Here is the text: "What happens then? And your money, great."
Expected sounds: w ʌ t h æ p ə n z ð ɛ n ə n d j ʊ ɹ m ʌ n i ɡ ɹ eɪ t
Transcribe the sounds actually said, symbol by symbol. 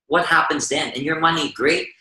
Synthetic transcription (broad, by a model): w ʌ t h æ p ə n z ð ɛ n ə n j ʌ ɹ m ʌ n i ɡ ɹ eɪ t